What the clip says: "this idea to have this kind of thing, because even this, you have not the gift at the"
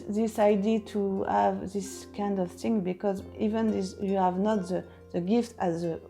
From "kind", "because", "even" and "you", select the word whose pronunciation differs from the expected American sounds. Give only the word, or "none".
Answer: none